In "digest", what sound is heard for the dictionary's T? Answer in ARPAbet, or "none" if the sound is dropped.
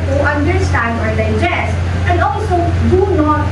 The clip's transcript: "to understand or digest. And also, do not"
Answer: none